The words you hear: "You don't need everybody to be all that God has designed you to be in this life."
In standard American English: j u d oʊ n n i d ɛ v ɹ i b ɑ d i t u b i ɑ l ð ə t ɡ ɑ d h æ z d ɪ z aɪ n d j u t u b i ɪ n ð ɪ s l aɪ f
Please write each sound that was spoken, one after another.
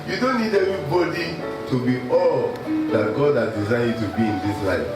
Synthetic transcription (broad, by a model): j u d oʊ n n i d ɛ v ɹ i b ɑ d i t u b i ɑ l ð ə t ɡ ɑ d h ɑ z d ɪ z aɪ d t u b i ɪ n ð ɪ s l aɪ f